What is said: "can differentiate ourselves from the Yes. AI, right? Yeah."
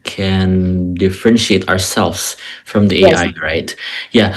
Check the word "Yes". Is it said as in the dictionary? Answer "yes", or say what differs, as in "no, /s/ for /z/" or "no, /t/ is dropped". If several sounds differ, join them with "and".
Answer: no, /s/ is dropped